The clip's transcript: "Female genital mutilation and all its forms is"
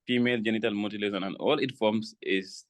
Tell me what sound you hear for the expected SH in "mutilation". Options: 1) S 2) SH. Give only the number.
1